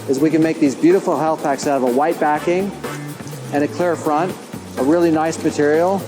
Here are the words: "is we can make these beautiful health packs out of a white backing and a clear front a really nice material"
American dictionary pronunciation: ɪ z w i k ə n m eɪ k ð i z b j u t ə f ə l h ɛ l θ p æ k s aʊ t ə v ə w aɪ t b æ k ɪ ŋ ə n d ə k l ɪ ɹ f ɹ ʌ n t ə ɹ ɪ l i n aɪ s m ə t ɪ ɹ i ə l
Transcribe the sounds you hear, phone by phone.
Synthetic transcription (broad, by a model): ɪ z w i k ə n m eɪ k ð i z b j u t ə f l h ɛ l θ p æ k s aʊ t ə v ə w aɪ t b æ k ɪ ŋ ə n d ə k l ɪ ɹ f ɹ ʌ n t ə ɹ ɪ l i n aɪ s m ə t ɪ ɹ i l